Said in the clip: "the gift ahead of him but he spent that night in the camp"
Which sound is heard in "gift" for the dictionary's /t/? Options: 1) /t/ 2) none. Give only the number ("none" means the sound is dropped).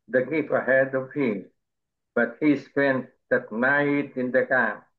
2